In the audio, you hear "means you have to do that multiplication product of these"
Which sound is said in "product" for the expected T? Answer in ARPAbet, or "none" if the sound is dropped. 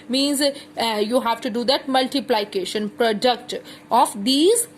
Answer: T